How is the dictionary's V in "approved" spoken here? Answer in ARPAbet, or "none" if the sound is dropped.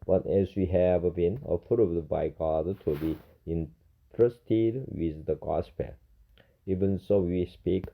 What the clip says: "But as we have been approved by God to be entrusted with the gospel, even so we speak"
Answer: none